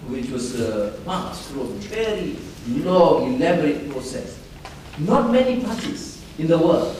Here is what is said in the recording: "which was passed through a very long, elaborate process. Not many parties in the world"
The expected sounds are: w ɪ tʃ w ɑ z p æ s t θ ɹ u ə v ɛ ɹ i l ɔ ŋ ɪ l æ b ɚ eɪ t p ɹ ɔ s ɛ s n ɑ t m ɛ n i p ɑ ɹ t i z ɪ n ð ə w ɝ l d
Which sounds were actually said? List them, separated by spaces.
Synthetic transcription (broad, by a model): w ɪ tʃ w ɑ s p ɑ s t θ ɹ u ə v ɛ ɹ i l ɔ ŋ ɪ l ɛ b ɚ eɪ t p ɹ ɔ s ɛ s n ɑ t m ɛ n i p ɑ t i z ɪ n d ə w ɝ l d